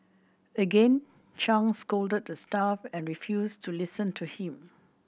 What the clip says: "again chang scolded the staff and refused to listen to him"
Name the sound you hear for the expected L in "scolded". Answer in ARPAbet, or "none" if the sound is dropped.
L